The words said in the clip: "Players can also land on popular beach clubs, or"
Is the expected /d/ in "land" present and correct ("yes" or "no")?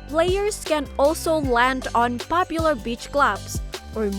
yes